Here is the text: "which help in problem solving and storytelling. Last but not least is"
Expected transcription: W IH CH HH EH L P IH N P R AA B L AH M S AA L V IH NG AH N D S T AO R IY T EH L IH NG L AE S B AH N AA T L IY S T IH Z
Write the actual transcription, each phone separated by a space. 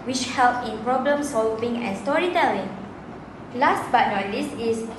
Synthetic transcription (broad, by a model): W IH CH HH EH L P IH N P R AA B L AH M S AA L V IH NG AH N S T AO R IY T EH L IH NG L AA S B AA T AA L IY S IH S